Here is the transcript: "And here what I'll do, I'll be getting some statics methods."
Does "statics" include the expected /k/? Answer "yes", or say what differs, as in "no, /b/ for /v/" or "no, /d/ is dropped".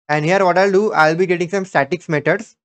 yes